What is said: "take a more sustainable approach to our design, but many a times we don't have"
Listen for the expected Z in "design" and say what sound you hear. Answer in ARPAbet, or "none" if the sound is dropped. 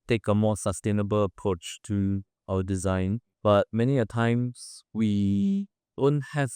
Z